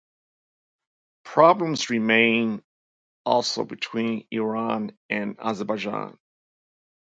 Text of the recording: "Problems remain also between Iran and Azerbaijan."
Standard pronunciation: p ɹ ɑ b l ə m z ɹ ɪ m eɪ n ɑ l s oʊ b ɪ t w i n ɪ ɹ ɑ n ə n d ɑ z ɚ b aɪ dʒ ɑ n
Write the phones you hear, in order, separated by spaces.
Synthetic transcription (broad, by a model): p ɹ ɑ b l ə m z ɹ ɪ m eɪ n ɑ l s oʊ b ɪ t w i n ɪ ɹ ɑ n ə n ɑ z ɚ b aɪ dʒ ɑ n